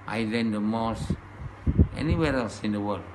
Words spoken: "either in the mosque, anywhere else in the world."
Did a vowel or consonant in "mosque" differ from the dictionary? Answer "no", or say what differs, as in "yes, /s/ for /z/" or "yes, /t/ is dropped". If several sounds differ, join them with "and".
yes, /k/ is dropped